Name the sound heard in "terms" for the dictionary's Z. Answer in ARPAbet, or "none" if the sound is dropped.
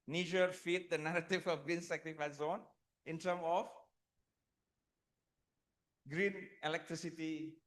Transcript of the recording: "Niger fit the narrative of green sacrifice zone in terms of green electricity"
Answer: none